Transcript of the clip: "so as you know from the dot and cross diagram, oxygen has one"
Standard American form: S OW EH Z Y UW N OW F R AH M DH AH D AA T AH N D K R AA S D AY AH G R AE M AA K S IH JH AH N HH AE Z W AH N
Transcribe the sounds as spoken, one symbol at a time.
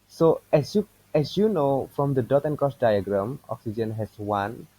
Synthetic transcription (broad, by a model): S OW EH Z Y UW N OW F R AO M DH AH D AA T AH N K AA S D AY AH G R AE M AA K S IH JH AH N HH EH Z W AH N